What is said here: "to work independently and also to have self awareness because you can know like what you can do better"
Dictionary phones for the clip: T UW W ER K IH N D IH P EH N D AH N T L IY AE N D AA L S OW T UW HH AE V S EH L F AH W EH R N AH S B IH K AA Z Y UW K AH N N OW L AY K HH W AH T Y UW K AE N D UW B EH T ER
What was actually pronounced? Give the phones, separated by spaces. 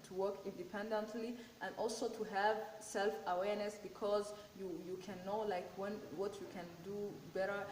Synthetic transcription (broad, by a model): T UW W ER K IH N D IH P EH N D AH N T L IY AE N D AA L S OW T UW HH AE V S EH L F AH W EH R N AH S B IH K AA Z Y UW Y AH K N OW L AY K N W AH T Y UW K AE N D UW B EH T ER